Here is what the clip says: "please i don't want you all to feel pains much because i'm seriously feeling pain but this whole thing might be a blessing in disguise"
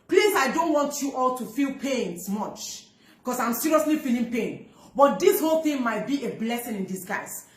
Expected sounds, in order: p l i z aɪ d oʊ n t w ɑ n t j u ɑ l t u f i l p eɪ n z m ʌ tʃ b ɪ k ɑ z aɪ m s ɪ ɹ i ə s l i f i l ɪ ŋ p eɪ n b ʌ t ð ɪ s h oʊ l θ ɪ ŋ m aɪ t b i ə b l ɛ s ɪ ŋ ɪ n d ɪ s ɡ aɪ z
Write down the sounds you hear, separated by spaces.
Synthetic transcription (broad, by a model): p l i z aɪ d oʊ n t w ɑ n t j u ɑ l t u f i l p eɪ n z m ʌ tʃ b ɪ k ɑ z aɪ m s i ɹ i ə s l i f i l ɪ ŋ p eɪ n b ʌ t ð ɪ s h oʊ l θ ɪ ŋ m aɪ t b i ə b l ɛ s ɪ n ɪ n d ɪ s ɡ aɪ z